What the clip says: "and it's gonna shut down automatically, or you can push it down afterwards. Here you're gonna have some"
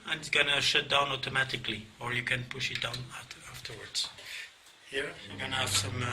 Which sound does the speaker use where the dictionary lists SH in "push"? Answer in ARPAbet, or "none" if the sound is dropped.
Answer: SH